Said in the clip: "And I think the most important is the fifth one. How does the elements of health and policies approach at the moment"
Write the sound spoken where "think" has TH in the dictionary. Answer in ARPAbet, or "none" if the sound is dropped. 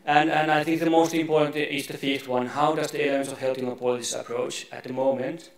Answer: TH